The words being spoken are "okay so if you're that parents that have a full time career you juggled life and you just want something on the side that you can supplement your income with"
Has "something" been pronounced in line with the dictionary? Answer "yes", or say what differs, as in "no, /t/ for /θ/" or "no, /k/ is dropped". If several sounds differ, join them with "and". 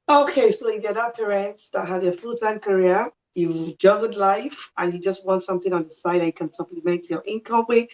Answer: yes